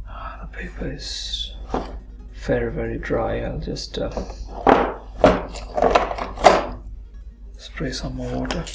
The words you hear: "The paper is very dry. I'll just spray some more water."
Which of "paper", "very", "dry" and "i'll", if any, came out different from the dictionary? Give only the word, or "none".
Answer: none